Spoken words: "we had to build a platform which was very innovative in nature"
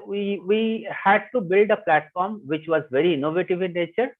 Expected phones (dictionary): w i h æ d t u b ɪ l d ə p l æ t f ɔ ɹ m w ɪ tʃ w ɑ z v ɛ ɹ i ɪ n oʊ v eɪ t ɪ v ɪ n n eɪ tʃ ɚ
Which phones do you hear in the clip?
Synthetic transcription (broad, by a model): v i h æ d t u b ɪ l d ə p l æ t f ɔ ɹ m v ɪ tʃ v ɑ z v ɛ ɹ i ɪ n oʊ v eɪ t ɪ v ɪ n n eɪ tʃ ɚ